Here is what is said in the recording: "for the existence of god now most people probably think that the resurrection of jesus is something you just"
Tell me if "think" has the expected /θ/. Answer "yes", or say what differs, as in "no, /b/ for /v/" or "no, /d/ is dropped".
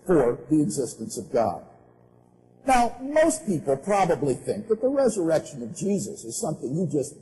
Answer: yes